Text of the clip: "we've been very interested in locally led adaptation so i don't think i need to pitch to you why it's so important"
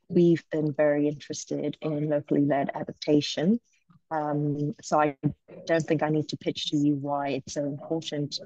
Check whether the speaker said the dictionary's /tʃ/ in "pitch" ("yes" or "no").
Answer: yes